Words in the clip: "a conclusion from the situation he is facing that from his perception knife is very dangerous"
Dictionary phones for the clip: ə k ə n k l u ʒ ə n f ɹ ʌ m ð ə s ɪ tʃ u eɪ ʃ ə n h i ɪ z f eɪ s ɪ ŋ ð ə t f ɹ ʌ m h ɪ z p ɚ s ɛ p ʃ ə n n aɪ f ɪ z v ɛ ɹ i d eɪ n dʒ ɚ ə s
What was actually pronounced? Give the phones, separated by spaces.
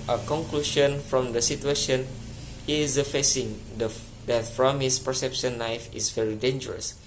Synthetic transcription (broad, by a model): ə k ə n k l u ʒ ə n f ɹ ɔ m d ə s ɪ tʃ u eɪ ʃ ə n h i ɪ f eɪ s ɪ ŋ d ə t f ɹ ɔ m h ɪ s p ɚ s ɛ p ʃ ə n l aɪ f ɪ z v ɛ ɹ i d eɪ n dʒ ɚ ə s